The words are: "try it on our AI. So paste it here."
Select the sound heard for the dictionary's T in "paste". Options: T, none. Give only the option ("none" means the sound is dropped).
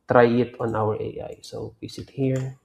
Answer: none